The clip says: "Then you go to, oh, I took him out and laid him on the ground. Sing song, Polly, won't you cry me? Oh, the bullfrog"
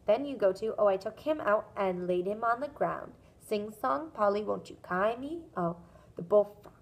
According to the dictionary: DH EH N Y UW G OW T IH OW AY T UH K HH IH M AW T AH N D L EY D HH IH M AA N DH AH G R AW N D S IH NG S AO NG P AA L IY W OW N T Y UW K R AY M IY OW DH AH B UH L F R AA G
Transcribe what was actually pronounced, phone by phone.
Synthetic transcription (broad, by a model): DH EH N Y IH G OW T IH OW AY T UH K HH IH M AW T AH N L EY D HH IH M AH N DH AH G R AW N D S IH NG S AO NG P AA L IY W OW N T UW K AY M IY OW DH AH B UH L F